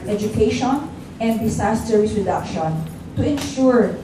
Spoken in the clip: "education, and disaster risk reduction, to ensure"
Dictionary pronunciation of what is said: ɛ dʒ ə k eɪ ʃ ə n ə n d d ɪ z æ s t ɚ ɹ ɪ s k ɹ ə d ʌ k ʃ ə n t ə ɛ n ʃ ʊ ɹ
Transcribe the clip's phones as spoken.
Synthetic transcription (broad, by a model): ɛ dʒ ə k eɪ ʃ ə n ə n d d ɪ s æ s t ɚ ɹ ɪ s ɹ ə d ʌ k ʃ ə n t ə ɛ n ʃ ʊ ɹ